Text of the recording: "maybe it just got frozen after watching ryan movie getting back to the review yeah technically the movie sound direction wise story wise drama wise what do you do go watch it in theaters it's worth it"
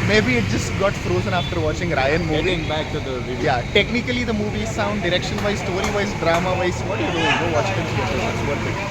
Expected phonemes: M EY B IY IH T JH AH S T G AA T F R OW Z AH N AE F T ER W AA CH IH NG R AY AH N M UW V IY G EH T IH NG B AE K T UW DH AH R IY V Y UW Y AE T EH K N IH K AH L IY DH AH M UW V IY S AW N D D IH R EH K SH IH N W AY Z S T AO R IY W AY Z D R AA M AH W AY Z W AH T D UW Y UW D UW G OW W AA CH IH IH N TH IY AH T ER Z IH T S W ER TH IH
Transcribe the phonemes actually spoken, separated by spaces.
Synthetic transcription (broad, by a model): M EY B IY IH T JH AH S T G AA T F R OW Z AH N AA F T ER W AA CH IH NG R AY AH N M UW V IY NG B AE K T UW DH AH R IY Y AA T EH K N IH K AH L IY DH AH M UW V IY S AW N D D IH R EH K SH IH N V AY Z S T AO R IY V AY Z D R AA M AH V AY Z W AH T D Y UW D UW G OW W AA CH IH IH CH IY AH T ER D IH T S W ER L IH